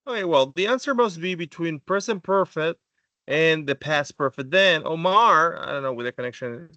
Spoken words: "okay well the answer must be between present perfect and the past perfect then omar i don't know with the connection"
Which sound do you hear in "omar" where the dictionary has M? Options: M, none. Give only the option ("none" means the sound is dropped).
M